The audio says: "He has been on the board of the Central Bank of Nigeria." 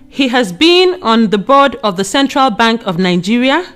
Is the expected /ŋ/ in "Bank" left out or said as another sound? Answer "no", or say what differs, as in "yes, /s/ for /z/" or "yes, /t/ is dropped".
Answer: no